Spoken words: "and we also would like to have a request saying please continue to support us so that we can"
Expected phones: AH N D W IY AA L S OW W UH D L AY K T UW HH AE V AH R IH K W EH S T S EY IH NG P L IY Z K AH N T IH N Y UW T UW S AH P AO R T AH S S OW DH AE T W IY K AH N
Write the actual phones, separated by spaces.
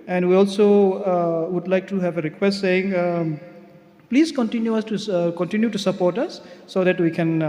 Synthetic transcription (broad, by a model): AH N D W IY AA L S OW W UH D L AY K T UW HH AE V AH R IH K W EH S T S EY IH NG P L IY Z K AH N T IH N Y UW T UW S AH P AO R T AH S S OW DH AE T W IY K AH N